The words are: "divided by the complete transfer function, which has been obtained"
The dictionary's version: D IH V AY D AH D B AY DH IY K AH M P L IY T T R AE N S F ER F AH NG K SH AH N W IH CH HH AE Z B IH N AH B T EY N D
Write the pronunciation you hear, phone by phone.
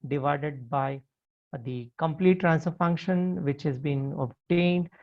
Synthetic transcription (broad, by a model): D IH V AY D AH D B AY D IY K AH M P L IY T T R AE N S ER F AH NG K SH AH N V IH CH HH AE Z B IH N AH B T EY N D